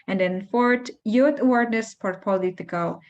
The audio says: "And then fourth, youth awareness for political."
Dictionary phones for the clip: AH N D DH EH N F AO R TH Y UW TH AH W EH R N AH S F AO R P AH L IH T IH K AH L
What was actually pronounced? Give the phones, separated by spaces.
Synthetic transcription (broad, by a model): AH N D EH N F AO R T Y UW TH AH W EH R N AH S P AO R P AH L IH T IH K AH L